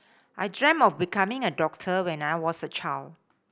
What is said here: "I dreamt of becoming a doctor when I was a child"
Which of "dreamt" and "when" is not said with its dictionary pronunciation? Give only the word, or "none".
dreamt